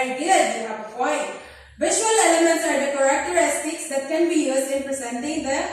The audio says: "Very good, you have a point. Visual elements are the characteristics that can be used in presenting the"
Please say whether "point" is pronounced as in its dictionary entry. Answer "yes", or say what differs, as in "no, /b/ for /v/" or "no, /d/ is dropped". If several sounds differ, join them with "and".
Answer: no, /f/ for /p/